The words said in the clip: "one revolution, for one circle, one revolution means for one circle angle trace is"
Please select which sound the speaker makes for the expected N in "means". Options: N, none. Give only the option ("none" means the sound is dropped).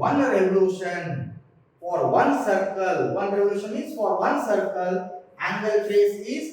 none